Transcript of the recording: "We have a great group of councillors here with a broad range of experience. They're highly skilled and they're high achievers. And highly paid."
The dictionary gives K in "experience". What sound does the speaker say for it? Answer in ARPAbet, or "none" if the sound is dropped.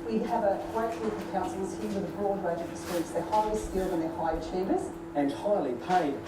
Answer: none